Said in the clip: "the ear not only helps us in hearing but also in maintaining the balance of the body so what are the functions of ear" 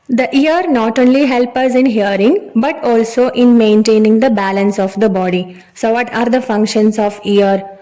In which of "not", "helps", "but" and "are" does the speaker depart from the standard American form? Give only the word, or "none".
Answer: helps